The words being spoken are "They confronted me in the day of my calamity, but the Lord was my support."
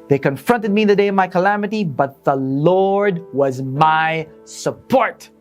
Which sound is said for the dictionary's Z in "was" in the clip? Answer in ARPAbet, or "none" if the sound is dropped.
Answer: Z